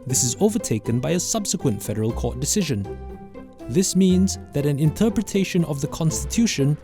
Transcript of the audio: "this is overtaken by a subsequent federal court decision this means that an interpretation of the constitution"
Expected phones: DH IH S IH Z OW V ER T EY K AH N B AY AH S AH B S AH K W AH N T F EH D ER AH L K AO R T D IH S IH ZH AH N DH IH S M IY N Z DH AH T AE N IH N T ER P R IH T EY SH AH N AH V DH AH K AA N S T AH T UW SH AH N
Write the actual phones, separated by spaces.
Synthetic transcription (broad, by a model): DH IH S IH Z OW V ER T EY K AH N B AY AH S AH B S AH K W AH N T F EH D ER AH L K AO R T D IH S IH ZH AH N DH IH S M IY N Z DH AH T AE N IH N T ER P R IH T EY SH AH N AH V DH AH K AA N S T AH T UW SH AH N